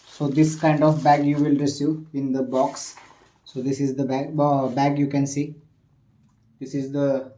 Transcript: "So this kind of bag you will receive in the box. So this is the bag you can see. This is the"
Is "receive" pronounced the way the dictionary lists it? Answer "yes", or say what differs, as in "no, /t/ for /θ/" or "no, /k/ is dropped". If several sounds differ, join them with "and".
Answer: no, /v/ is dropped